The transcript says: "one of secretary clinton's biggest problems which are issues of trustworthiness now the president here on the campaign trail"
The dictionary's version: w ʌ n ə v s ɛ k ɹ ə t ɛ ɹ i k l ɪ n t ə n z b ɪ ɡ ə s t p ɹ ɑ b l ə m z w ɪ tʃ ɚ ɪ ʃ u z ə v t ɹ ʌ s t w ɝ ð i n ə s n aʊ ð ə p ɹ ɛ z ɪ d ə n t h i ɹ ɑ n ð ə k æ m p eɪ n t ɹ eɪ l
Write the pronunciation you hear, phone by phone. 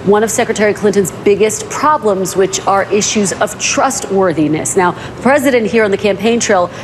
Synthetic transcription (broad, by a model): w ʌ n ə v s ɛ k ɹ ə t ɛ ɹ i k l ɪ n t ə n z b ɪ ɡ ə s t p ɹ ɑ b l ə m z w ɪ tʃ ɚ ɪ ʃ u z ə v t ɹ ʌ s t w ɝ ð i n ə s n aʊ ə p ɹ ɛ z ɪ d ə n t h i ɹ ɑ n ð ə k æ m p eɪ n t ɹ eɪ l